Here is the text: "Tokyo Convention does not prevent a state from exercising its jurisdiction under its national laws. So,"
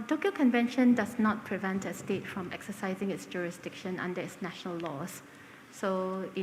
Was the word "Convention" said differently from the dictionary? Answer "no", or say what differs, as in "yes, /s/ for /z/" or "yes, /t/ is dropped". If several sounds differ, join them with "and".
no